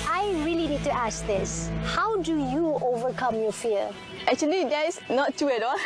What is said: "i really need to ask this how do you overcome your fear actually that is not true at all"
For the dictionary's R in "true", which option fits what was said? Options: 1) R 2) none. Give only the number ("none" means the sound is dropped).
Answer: 2